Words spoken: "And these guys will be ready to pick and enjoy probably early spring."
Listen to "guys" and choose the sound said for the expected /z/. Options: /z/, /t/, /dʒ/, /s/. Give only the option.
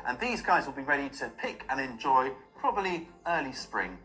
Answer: /z/